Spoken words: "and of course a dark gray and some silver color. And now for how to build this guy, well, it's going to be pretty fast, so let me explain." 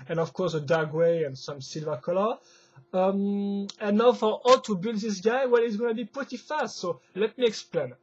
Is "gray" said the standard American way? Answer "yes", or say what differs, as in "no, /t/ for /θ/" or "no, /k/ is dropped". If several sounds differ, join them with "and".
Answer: no, /w/ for /ɹ/